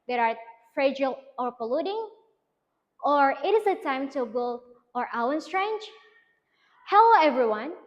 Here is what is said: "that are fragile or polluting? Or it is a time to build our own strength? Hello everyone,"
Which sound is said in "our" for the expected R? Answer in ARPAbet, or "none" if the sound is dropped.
W